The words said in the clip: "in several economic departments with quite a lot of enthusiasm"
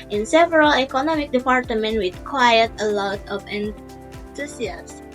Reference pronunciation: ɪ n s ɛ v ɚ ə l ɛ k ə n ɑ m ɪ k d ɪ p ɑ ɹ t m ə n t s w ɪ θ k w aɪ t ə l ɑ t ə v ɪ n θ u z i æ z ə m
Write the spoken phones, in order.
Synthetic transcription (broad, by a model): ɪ n s ɛ v ɚ ə l ɛ k ə n ɑ m ɪ k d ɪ p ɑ ɹ t m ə n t w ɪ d k w aɪ t ə l ɑ t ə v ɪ n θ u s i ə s